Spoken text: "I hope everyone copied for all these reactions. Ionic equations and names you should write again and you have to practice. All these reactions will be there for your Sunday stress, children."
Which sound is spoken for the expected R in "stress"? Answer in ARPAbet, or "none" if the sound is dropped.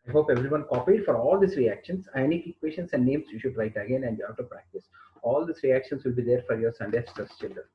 none